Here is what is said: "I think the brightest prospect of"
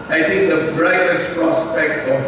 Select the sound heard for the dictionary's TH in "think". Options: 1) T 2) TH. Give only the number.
1